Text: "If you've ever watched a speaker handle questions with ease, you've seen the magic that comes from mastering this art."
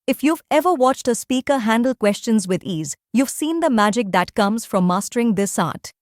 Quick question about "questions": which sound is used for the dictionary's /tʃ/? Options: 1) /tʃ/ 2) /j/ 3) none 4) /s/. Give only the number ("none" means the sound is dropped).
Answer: 1